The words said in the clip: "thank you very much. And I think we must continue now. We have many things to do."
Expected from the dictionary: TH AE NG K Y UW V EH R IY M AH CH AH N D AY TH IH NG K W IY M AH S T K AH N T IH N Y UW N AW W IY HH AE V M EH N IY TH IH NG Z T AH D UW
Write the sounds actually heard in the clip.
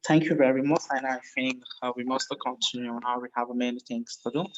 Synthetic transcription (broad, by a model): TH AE NG K Y UW V EH R IY M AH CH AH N AY F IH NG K W IY M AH S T K AH N T IH N Y UW N AW W IY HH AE V M EH N IY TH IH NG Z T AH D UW